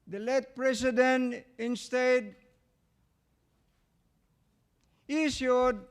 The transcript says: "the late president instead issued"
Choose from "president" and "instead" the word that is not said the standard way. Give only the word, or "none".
president